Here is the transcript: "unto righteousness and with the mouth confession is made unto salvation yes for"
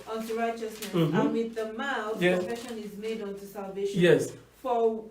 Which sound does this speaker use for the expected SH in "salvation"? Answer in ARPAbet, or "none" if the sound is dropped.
none